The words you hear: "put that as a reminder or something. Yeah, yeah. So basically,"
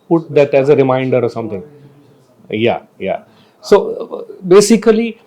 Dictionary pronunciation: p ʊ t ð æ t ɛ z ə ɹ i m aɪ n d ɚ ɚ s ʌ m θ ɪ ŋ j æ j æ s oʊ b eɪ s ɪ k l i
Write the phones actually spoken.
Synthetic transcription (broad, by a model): p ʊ t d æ t ɛ z ə ɹ i m aɪ n d ɚ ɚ s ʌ m t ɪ ŋ j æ j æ s oʊ b eɪ s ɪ k l i